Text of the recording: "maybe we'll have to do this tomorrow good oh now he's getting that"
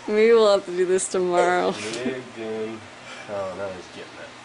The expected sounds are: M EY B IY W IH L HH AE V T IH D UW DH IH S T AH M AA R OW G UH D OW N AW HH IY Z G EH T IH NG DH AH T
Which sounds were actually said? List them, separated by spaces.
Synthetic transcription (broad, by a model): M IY W IH L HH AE F T IH D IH DH IH S T AH M AA R OW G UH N OW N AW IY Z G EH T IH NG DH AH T